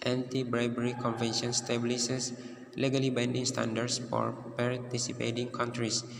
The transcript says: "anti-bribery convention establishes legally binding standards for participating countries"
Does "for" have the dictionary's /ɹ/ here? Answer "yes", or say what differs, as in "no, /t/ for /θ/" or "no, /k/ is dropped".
yes